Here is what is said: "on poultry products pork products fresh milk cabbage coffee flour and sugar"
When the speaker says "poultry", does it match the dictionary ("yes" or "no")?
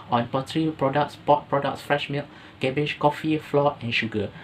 no